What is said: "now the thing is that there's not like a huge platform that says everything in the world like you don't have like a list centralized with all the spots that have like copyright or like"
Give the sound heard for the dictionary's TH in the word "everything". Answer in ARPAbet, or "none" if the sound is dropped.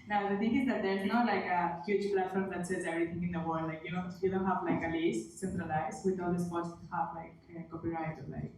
T